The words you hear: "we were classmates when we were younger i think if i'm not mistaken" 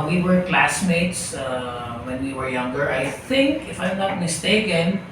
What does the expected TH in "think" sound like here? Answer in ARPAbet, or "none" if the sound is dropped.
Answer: TH